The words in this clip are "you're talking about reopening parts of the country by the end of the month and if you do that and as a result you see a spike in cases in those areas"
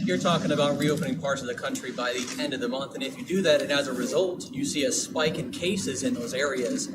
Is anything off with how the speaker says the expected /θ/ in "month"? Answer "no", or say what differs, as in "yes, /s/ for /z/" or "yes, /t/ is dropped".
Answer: no